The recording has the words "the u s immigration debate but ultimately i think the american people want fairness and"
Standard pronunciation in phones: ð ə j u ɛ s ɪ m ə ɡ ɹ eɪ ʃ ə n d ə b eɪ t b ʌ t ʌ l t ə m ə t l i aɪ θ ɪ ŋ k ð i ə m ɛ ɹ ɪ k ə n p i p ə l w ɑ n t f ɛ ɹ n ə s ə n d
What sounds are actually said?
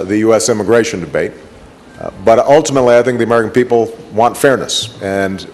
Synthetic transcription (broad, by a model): ð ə j u ɛ s ɪ m ə ɡ ɹ eɪ ʃ ə n d ə b eɪ t b ʌ t ʌ l t ə m ə t l i aɪ θ ɪ ŋ k ð i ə m ɛ ɹ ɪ k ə n p i p l w ɑ n t f ɛ ɹ n ə s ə n